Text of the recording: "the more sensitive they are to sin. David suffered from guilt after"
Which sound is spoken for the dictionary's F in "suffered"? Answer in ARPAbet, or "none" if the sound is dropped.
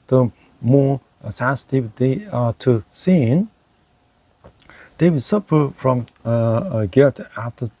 P